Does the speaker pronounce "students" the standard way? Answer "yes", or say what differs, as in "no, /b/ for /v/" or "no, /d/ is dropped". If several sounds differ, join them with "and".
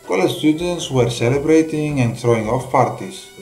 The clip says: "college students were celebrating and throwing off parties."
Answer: yes